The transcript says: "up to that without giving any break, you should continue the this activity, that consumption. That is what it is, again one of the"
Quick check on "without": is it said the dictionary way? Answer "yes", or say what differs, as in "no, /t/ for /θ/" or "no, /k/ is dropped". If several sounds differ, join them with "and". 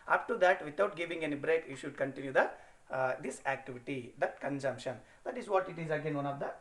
no, /t/ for /θ/